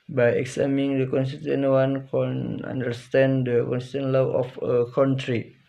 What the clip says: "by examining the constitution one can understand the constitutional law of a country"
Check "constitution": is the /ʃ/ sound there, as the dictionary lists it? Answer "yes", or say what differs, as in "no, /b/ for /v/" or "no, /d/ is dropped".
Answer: no, /ʃ/ is dropped